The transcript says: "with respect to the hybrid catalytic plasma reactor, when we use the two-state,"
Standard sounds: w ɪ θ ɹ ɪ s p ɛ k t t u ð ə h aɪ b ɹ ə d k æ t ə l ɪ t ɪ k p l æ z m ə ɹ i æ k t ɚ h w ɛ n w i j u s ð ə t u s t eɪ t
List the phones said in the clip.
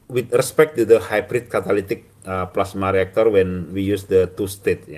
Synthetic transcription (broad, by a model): w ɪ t ɹ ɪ s p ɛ k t t u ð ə h aɪ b ɹ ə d k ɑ t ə l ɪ t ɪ k p l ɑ s m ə ɹ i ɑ k t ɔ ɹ w ɛ n w i j u s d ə t u s t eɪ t